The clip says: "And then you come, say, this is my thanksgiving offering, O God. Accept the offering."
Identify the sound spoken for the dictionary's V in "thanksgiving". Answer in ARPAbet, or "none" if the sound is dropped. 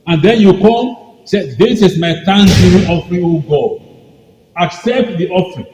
none